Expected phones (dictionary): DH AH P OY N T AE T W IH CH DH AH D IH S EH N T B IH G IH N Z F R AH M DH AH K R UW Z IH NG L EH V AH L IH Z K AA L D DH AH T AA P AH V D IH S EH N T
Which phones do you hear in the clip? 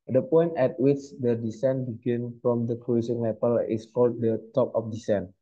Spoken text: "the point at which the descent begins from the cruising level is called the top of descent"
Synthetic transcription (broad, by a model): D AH P OY N T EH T W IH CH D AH D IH S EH N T B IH G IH N F R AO M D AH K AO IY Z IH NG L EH P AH L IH S K AA L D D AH T AA P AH F D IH S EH N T